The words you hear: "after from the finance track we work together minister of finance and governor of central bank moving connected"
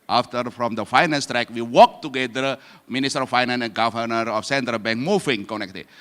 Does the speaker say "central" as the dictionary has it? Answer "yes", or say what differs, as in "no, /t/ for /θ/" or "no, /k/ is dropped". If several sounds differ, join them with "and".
yes